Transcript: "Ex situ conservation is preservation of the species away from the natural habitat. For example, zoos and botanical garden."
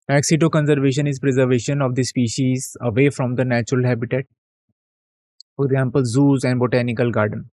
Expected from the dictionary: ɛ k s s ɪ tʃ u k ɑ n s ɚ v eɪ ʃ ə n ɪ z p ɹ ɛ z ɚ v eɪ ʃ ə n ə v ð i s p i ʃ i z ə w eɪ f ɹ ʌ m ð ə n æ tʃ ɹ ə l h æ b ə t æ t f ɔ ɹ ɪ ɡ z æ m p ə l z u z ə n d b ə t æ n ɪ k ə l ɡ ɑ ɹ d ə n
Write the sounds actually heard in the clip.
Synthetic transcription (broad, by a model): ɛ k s s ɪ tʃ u k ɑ n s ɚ v eɪ ʃ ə n ɪ z p ɹ ɛ z ɚ v eɪ ʃ ə n ə v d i s p i ʃ i z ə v eɪ f ɹ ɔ m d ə n æ tʃ ɹ ə l h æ b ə t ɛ t f ɔ ɹ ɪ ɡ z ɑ m p ə l z u z ə n d b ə t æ n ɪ k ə l ɡ ɑ ɹ d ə n